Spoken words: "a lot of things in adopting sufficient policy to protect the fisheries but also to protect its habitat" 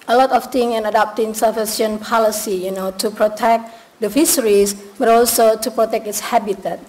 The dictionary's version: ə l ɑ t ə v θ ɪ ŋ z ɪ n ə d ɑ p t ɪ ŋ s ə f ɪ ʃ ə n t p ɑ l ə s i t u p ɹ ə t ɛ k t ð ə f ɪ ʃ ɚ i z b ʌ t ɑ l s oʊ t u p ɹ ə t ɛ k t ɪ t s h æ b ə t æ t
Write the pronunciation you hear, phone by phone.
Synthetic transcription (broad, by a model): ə l ɑ t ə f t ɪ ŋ ɪ n ə d ɑ p t ɪ ŋ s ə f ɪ s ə n p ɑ l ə s i t u p ɹ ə t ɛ k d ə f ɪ s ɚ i s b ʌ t ɑ l s oʊ t u p ɹ ə t ɛ k t ɪ t s h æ b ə t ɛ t